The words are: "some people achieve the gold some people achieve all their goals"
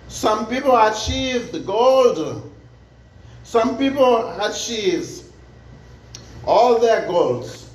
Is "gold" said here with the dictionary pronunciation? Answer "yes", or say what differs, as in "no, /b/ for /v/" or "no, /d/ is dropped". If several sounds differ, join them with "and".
yes